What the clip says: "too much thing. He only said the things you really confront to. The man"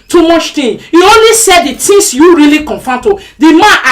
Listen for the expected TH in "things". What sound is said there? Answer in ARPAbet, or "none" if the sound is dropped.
T